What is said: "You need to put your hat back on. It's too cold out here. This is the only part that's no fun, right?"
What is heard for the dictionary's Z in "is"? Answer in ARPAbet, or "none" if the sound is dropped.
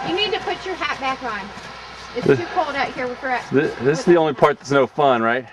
S